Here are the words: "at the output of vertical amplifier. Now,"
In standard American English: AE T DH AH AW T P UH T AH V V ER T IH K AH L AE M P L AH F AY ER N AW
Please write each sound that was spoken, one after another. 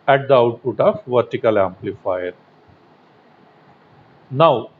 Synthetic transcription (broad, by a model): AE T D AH AW T P UH T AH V V ER T IH K AH L AE M P L AH F AY ER N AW